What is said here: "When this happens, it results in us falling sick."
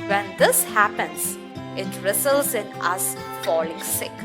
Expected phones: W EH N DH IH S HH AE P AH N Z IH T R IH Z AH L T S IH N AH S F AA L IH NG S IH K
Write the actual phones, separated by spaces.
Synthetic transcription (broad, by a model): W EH N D IH S HH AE P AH N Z IH T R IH S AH L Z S IH N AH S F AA L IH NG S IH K